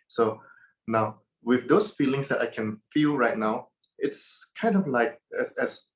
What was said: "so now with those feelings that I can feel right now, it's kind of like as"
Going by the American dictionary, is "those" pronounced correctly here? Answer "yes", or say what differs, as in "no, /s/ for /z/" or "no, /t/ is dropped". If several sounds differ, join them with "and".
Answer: no, /s/ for /z/